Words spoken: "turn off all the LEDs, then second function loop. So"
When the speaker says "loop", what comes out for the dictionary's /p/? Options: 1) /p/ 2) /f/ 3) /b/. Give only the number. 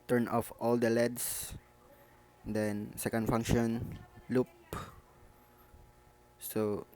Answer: 1